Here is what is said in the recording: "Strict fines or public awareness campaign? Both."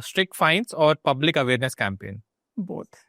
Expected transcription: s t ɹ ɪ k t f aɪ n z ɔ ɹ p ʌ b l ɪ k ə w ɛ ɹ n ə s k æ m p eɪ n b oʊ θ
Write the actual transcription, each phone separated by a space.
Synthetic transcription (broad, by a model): s t ɹ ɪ k t f aɪ n s ɔ ɹ p ʌ b l ɪ k ə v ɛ ɹ n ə s k æ m p eɪ n b oʊ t